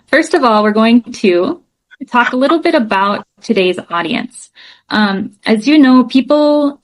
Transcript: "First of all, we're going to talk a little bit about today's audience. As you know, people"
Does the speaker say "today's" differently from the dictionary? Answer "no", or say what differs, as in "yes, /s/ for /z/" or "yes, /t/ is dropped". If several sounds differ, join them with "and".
no